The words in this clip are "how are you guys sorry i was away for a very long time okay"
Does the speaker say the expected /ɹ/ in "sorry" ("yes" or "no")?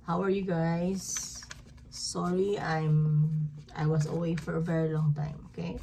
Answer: no